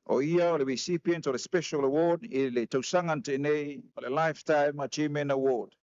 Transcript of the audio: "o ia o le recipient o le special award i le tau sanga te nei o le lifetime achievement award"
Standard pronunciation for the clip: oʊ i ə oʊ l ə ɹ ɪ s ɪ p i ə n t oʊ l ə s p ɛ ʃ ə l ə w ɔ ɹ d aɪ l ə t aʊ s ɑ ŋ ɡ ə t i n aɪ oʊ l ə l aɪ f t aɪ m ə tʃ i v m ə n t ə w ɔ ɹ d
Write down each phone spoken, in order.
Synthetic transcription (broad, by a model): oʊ i ə oʊ l ə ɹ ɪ s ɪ p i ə n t oʊ l ə s p ɛ ʃ ə l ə w ɔ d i l ə t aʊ s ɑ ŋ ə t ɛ n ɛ oʊ l ə l aɪ f t aɪ m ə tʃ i m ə n ə w ɔ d